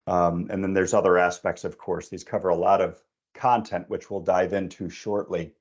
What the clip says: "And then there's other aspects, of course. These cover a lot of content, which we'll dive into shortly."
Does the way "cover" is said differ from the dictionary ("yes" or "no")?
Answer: no